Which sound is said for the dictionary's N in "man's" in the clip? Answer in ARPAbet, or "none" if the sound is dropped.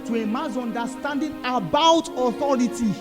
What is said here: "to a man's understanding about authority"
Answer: none